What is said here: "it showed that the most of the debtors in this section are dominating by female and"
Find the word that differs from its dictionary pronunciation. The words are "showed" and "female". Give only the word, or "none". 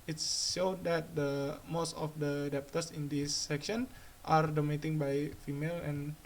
showed